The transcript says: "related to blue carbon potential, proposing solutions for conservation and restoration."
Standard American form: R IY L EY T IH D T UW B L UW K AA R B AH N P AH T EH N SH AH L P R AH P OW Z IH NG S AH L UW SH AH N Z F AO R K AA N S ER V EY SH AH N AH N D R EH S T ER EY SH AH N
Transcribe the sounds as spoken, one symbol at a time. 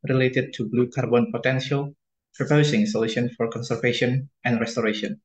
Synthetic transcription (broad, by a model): R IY L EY T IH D T UW B L UW K AA R B AH N P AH T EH N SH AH L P R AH P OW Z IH NG S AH L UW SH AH N F AO R K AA N S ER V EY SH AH N AH N D R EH S T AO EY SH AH N